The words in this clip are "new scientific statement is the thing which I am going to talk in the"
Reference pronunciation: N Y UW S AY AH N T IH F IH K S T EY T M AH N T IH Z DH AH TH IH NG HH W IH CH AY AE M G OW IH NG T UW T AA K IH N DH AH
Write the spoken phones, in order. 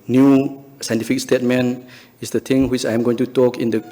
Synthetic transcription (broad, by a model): N Y UW S AY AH N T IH F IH K S T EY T M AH N IH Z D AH T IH NG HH W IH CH AY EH M G OW IH NG T UW T AA K IH N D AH